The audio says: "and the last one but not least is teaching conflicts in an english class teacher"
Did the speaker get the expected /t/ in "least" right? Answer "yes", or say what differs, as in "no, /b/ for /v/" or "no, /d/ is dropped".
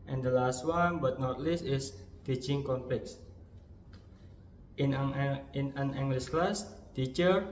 yes